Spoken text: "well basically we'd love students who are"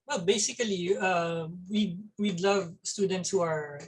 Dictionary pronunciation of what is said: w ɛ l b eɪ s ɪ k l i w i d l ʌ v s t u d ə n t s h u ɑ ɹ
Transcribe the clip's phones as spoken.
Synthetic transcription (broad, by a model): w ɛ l b eɪ s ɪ k l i w i d l ʌ v s t u d ə n t s h u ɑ ɹ